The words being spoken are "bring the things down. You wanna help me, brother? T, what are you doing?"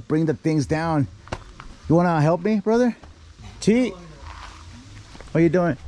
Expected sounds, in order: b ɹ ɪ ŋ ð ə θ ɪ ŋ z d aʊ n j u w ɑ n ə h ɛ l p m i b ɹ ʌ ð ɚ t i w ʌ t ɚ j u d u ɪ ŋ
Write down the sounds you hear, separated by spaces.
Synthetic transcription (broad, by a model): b ɹ ɪ ŋ ð ə θ ɪ ŋ z d aʊ n j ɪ w ɑ n ə h ɛ l p m i b ɹ ʌ ð ɚ t i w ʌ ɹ j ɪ d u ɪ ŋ